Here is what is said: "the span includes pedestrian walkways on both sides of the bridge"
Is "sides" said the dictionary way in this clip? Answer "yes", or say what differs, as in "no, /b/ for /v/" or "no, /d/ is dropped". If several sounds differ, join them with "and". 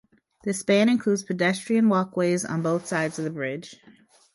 yes